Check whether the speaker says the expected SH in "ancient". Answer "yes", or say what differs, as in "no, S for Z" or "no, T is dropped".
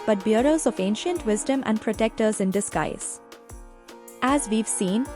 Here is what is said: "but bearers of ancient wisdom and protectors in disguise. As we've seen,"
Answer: yes